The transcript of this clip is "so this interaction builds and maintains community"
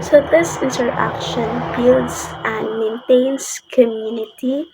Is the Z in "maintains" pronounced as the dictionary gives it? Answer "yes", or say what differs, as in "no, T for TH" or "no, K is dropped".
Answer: no, S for Z